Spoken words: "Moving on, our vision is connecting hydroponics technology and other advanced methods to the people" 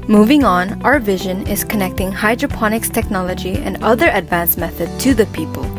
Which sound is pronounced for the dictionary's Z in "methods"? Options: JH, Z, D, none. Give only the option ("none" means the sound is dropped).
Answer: none